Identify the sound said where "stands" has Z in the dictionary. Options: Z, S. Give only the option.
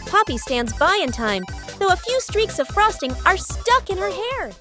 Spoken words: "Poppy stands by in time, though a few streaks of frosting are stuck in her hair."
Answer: Z